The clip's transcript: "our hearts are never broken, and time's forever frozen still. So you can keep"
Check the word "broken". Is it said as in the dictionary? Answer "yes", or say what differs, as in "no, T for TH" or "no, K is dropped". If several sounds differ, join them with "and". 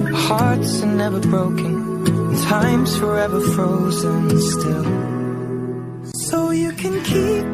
no, K is dropped